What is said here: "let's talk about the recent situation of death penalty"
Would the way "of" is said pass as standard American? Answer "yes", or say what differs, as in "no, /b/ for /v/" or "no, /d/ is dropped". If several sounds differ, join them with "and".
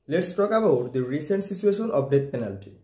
no, /b/ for /v/